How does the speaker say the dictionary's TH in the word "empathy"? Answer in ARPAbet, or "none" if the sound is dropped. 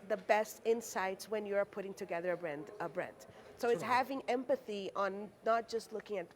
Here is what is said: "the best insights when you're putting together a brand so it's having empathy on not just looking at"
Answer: TH